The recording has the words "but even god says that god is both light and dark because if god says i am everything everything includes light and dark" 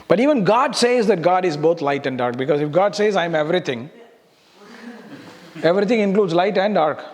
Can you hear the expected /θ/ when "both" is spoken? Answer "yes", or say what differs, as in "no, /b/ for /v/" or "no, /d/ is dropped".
no, /t/ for /θ/